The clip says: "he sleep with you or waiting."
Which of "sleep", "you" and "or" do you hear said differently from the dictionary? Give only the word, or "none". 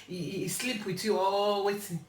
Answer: or